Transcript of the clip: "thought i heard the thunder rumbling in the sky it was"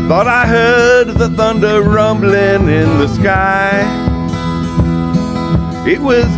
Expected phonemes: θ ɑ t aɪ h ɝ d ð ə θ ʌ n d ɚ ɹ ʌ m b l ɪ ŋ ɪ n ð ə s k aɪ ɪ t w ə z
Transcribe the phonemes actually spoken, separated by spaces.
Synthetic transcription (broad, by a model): θ ɑ t aɪ h ɝ d ð ə θ ʌ n d ɚ ɹ ʌ m b l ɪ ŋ ɪ n ð ə s k aɪ ɪ t w ə z